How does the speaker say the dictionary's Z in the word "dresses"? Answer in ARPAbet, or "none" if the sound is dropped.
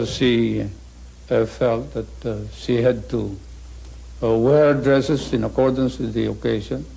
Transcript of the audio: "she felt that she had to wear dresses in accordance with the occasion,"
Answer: S